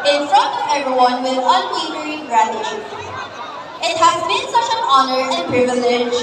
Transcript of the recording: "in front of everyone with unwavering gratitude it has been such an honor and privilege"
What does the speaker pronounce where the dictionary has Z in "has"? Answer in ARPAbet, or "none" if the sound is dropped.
Z